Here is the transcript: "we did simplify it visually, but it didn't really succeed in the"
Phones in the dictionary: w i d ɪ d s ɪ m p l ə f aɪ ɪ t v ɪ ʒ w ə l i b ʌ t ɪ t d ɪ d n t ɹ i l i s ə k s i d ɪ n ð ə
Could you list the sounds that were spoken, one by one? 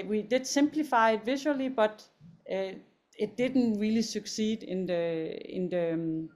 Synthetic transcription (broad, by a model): w i d ɪ d s ɪ m p l ə f aɪ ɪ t v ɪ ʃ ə l i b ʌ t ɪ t d ɪ d n t ɹ i l i s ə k s i d ɪ n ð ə